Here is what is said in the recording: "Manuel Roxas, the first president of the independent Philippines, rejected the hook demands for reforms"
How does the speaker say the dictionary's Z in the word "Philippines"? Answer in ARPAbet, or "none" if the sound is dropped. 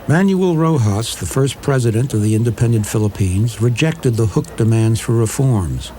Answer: Z